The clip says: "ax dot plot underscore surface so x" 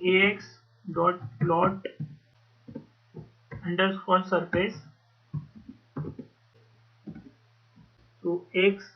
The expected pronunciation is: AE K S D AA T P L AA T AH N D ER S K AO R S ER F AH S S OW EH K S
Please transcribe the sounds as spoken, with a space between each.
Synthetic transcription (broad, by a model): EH K S D AA T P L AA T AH N D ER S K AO L S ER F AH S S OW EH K S